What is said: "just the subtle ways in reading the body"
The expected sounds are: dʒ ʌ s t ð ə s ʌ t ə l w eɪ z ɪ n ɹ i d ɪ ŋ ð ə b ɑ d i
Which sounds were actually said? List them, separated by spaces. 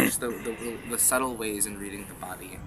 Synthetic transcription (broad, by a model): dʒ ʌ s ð ð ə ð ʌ s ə l w eɪ z ɪ n ɹ i d ɪ ŋ ð ə b ɑ d i